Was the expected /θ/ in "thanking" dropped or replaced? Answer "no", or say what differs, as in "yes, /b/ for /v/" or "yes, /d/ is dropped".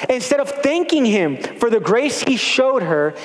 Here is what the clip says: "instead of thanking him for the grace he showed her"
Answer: no